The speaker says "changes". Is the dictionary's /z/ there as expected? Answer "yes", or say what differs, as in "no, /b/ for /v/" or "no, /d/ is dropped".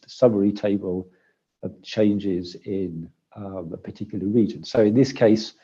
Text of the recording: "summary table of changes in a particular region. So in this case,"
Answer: yes